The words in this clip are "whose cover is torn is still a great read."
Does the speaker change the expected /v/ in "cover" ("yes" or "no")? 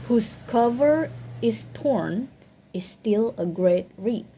no